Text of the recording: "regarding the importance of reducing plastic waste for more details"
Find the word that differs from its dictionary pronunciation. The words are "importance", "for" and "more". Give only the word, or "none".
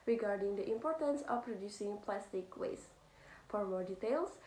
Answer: none